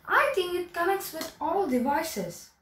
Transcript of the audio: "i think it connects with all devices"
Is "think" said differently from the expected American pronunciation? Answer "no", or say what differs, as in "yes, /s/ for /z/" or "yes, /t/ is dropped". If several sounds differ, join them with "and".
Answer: yes, /t/ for /θ/